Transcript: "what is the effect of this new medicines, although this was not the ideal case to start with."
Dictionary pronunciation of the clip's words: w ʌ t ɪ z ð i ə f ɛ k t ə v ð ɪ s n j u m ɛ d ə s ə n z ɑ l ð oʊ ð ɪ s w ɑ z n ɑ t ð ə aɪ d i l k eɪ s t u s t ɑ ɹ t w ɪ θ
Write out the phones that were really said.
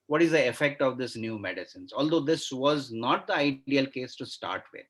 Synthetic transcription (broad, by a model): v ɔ t ɪ z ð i ə f ɛ k t ə v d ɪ s n j u m ɛ d ə s ə n z ɑ l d oʊ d ɪ s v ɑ z n ɑ t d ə aɪ d i l k eɪ s t u s t ɑ ɹ t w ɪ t